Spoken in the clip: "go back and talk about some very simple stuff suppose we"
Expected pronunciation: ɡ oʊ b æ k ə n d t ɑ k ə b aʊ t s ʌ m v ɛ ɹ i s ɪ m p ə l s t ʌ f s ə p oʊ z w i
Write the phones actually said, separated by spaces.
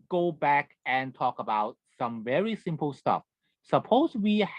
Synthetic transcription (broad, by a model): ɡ oʊ b æ k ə n t ɑ k ə b aʊ t s ʌ m v ɛ ɹ i s ɪ m p ə l s t ʌ f s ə p oʊ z w i